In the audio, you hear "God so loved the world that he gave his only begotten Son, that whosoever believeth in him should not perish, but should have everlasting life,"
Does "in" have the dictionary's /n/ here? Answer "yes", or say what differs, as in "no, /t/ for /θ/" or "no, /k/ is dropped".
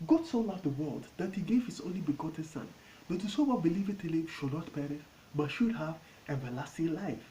no, /l/ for /n/